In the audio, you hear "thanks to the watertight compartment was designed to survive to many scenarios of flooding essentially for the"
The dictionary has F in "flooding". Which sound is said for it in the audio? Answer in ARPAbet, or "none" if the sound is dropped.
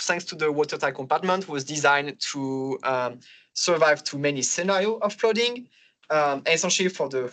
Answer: P